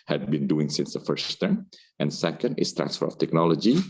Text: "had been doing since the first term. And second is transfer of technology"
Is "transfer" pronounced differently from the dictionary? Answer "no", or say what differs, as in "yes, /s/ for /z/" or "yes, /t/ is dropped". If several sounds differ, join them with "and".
no